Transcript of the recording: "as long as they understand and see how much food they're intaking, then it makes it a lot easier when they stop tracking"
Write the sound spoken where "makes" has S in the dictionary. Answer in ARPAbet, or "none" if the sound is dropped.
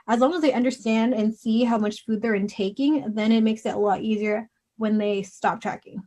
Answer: S